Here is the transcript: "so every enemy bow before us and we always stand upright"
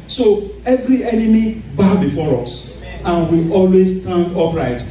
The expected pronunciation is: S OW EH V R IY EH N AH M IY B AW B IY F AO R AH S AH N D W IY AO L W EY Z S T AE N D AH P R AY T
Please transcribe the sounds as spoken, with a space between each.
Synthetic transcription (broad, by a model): S OW EH V R IY EH N AH M IY B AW B IY F AO R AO S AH N W IY AO L W EY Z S T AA N D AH P R AY T